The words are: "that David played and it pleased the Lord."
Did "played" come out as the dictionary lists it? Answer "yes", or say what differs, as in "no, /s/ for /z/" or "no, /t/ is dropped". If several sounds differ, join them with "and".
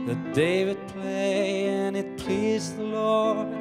no, /d/ is dropped